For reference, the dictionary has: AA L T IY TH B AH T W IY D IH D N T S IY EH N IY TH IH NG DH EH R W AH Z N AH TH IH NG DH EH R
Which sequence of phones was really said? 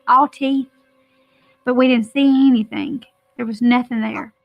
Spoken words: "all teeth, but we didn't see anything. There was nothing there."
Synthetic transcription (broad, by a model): AA L T IY TH B AH T W IY D IH D N T S IY EH N IY TH IH NG DH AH R W AH Z N AH TH IH NG DH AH R